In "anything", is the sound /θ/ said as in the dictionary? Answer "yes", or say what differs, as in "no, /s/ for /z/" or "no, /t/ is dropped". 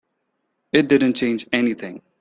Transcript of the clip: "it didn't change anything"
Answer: yes